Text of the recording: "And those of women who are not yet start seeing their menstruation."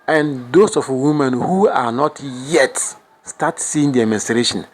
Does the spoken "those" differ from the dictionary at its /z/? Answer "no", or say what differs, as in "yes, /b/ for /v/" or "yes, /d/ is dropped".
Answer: yes, /s/ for /z/